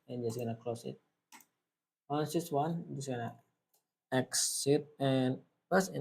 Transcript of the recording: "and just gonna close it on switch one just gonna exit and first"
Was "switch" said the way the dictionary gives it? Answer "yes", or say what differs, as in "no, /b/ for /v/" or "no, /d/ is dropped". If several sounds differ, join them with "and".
no, /s/ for /tʃ/